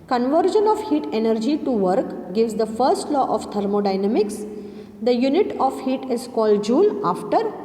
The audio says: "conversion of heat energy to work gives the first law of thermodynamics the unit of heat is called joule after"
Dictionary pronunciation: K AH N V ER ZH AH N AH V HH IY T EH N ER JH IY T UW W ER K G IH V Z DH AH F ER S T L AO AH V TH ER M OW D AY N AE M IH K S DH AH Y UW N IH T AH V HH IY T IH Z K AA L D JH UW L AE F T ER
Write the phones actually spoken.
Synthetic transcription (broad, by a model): K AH N V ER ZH AH N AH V HH IY T EH N ER JH IY T UW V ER K G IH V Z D AH F ER S T L AO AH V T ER M OW D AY N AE M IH K S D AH Y UW N IH T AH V HH IY T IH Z K AA L D JH UW L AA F T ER